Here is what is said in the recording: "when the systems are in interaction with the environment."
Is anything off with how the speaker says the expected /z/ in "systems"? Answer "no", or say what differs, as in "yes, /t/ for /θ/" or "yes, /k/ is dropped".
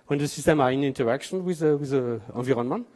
yes, /z/ is dropped